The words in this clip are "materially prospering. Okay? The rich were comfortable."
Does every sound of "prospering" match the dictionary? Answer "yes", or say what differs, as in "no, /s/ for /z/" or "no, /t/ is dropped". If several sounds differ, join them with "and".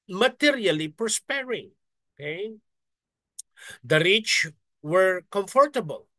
no, /ɹ/ is dropped